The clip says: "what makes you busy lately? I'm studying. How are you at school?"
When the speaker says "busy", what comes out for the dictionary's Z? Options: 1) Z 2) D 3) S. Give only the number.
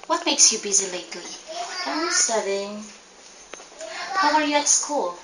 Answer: 1